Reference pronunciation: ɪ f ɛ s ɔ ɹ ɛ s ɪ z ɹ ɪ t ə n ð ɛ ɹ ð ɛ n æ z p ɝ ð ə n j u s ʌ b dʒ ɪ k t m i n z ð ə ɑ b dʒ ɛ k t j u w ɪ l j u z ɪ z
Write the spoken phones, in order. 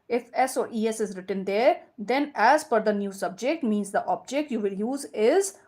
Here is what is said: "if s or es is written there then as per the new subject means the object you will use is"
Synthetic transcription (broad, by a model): ɪ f ɛ s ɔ ɹ ɛ s ɪ z ɹ ɪ t ə n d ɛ ɹ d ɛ n æ z f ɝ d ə n j u s ʌ b dʒ ɪ k t m i n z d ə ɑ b dʒ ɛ k t j u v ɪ l j u z ɪ z